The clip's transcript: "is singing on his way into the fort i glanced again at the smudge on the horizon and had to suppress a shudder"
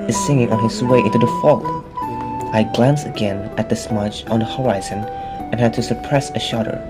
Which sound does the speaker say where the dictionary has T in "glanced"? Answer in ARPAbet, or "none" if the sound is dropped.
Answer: none